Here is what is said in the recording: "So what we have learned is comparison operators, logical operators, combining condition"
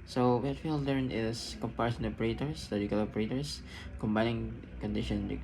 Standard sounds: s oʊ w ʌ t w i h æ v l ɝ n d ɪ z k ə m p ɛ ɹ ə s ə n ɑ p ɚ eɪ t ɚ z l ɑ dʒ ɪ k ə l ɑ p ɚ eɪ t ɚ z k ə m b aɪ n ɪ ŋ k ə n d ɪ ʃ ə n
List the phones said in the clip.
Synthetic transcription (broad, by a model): s oʊ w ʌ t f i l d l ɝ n ɪ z k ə m p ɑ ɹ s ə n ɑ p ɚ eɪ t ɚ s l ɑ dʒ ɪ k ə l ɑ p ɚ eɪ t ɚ s k ə m b aɪ n ɪ ŋ k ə n d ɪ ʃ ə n